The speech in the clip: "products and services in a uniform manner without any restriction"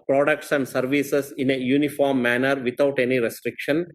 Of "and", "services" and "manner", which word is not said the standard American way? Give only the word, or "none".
services